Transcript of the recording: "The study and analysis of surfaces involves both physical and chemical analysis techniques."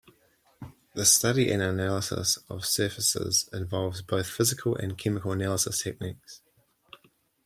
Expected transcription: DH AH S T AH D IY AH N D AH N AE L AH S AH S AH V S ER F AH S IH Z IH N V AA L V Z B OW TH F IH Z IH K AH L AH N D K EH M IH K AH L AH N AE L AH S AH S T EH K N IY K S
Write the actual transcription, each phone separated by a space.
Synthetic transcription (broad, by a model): DH AH S T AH D IY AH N AH N AE L AH S AH S AH V S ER F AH S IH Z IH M V AA L V Z B OW TH F IH Z IH K AH L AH N K EH M IH K AH L AH N AE L AH S AH S T EH K N IY K S